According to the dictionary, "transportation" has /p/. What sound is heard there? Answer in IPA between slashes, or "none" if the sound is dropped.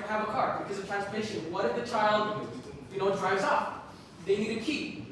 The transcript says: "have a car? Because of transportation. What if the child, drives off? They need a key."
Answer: /f/